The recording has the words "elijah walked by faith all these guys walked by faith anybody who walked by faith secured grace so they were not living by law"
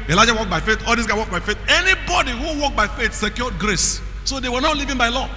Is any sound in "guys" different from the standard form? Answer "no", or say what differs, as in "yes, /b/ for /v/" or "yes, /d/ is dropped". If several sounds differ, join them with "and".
yes, /z/ is dropped